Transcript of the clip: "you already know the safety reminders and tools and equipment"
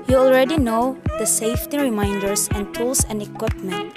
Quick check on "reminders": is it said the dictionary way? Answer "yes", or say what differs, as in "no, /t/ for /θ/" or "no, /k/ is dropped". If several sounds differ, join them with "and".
no, /s/ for /z/